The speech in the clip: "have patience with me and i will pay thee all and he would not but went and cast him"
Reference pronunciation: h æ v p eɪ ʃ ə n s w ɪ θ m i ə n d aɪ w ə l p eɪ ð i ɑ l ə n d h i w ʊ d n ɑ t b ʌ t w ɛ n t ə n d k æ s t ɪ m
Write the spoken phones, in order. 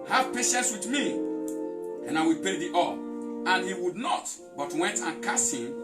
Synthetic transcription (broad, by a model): h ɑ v p eɪ ʃ ə n s w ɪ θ m i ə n aɪ w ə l p eɪ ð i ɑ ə n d h i w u d n ɑ t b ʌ t w ɛ n t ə n k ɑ s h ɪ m